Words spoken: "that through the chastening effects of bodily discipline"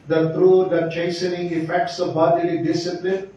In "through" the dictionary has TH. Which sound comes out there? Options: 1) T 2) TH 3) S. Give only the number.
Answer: 1